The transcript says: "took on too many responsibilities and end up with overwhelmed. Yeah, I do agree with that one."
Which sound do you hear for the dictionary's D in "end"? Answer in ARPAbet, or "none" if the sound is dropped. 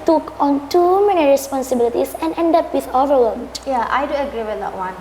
D